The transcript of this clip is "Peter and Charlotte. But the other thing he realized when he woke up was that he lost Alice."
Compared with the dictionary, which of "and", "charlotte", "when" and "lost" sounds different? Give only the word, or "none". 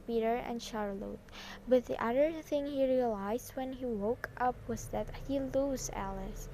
lost